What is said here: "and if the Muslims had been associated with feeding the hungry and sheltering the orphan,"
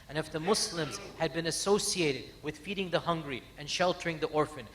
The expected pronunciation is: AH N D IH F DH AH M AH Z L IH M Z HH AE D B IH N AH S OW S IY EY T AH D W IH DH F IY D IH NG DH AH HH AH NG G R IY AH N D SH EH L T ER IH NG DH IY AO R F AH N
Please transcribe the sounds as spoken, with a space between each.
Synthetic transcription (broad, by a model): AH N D IH F DH AH M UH S L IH M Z HH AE D B IH N AH S OW S IY EY T AH D W IH DH F IY D IH NG DH AH HH AH NG G R IY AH N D SH EH L T ER IH NG DH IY AO R F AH N